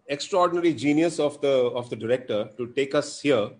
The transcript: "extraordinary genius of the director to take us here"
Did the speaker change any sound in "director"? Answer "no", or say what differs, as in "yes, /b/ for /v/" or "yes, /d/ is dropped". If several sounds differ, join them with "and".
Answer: no